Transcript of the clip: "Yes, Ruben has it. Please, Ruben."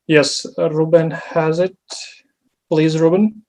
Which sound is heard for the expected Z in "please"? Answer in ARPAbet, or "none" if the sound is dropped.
Z